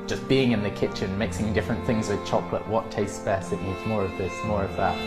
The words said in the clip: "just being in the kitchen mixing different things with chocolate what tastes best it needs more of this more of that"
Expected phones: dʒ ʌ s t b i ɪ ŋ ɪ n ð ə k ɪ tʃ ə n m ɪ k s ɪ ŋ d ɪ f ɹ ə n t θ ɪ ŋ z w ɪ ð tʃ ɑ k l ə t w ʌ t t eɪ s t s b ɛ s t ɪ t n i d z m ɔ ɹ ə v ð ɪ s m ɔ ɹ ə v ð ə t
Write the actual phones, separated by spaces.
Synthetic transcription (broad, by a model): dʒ ʌ s b i ɪ ŋ ɪ n ð ə k ɪ tʃ ə n m ɪ k s ɪ ŋ d ɪ f ɹ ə n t θ ɪ ŋ z w ɪ ð tʃ ɑ k l ə t w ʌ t t eɪ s s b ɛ s ɪ t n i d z m ɔ ɹ ə v ð ɪ s m ɔ ɹ ə v ð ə t